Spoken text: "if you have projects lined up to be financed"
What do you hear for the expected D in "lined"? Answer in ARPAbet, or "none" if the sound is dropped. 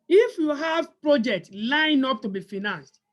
none